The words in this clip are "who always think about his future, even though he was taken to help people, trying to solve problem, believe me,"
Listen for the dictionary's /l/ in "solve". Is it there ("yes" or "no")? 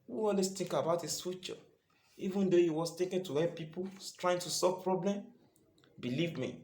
no